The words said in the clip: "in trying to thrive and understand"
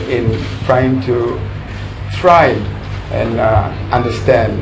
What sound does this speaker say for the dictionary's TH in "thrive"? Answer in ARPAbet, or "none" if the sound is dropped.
T